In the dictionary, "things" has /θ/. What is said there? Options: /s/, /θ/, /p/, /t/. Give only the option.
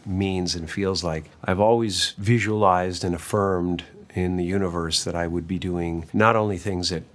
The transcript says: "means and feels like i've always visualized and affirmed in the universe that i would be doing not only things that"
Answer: /θ/